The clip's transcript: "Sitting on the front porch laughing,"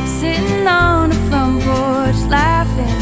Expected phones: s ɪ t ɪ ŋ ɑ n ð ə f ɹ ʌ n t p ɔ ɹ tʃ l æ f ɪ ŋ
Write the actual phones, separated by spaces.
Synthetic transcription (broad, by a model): s ɪ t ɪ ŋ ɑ n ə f l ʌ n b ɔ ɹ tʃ l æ f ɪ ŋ